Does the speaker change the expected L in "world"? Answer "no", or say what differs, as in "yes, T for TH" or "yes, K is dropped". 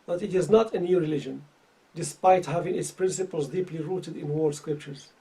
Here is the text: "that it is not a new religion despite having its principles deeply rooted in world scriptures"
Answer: yes, L is dropped